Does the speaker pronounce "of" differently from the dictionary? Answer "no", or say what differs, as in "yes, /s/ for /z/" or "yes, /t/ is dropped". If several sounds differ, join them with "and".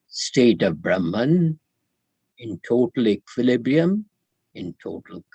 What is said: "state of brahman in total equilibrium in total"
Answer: no